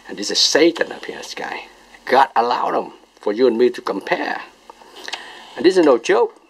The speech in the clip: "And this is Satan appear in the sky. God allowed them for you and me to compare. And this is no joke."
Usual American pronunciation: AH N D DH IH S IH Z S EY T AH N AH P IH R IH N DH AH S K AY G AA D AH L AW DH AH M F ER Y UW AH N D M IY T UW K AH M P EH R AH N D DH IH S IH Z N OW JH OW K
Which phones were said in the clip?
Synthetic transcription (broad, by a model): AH N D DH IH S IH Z S EY T AH N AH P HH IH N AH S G AY G AA D AH L AW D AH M F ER Y UW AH N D M IY T UW K AH M P EH R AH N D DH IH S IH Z N OW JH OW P